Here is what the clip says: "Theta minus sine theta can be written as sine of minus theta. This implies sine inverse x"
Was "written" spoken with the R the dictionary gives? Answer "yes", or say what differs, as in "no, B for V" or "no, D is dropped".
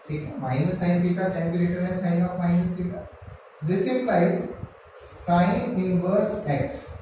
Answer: no, L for R